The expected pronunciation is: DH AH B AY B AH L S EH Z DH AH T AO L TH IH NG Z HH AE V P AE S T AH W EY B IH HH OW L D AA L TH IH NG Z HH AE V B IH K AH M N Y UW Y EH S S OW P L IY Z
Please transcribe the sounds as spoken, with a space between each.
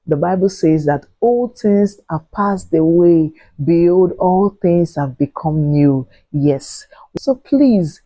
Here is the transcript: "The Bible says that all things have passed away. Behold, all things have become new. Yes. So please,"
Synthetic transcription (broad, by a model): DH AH B AY B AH L S EH Z DH AH T AO L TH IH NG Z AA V P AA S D AH W EY B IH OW D AA L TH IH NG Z HH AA V B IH K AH M N Y UW Y EH S S OW P L IY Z